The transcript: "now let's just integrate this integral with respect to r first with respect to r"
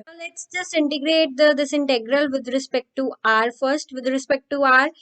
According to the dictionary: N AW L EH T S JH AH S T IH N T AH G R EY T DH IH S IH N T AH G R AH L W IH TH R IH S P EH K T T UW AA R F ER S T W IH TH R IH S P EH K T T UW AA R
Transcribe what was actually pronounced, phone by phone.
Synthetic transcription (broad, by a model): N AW L EH T S JH AH S T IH N T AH G R EY T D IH S IH N T AH G R AH L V IH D R IH S P EH K T T UW AA R F ER S T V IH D R IH S P EH K T T UW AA R